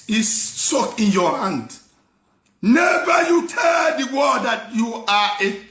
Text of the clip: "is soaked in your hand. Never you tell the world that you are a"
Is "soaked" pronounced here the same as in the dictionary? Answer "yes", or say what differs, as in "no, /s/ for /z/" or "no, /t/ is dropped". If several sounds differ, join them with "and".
no, /t/ is dropped